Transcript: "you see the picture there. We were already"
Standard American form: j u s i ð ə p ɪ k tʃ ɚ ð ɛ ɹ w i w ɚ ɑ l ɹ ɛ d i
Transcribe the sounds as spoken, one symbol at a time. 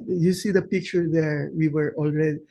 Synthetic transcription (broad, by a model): j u s i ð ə p ɪ k tʃ ɚ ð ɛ ɹ w i w ɚ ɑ l ɹ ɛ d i